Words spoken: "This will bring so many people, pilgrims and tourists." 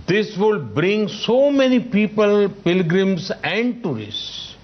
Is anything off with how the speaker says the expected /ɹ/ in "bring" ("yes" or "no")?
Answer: no